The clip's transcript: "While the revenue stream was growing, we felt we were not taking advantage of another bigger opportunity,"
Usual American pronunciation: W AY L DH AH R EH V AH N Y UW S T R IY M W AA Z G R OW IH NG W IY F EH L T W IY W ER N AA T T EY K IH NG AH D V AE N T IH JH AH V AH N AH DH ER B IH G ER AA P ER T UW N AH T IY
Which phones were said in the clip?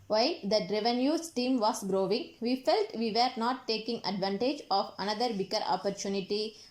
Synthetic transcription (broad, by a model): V AY L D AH R EH V AH N Y UW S T IY M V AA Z G R OW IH NG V IY F EH L T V IY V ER N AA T T EY K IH NG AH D V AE N T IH JH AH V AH N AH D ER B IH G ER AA P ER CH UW N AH T IY